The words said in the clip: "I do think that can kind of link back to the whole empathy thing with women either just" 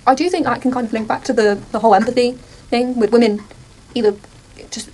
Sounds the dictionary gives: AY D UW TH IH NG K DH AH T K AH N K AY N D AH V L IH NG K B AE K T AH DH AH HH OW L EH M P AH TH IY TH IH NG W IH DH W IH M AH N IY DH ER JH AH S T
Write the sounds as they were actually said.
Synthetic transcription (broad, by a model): AY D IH TH IH NG K DH AH T K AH N K AY N D AH V L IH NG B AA K T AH DH AH HH OW L EH M P AH TH IY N IH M W IH DH W IH M AH N IY DH ER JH AH S T